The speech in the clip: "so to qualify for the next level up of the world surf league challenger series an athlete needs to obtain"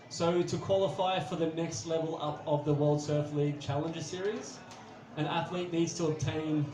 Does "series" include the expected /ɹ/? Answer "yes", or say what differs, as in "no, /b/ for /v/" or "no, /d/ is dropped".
yes